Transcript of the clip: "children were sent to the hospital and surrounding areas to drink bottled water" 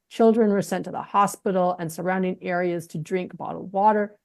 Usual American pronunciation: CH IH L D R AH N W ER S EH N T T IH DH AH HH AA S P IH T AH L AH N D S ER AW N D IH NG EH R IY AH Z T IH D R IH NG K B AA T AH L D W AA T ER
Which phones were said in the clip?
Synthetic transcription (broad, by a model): CH IH L D R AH N W ER S EH N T T IH DH AH HH AA S P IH T L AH N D S ER AW N D IH NG EH R IY AH Z T IH D R IH NG K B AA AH D W AA T ER